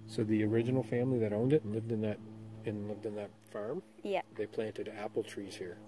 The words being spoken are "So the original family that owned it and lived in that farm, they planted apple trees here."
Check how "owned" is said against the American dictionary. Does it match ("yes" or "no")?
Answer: yes